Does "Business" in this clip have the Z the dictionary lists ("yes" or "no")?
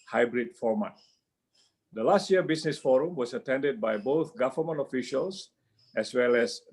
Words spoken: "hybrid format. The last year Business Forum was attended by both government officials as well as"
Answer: no